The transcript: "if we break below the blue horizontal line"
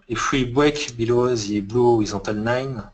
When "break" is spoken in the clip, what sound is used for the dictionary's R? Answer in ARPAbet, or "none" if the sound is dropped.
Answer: W